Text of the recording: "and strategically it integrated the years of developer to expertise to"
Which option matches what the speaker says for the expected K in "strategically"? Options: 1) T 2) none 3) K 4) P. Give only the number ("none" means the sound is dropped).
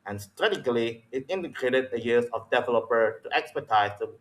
2